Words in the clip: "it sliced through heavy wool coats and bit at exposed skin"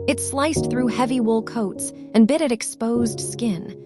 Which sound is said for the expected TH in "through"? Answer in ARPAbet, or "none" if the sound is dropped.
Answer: TH